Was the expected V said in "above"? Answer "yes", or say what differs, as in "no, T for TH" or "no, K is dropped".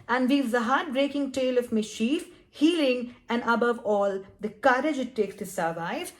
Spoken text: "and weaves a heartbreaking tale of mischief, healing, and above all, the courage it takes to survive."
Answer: yes